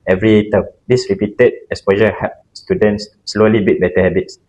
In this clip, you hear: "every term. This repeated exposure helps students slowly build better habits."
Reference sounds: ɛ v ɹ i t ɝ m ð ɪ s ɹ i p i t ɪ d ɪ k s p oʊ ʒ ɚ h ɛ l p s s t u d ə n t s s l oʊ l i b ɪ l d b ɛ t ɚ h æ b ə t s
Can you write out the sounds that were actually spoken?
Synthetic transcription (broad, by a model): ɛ v ɹ i t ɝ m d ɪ s ɹ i p i t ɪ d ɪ s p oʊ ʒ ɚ h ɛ p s s t u d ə n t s s l oʊ l i b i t b ɛ t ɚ h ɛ b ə t s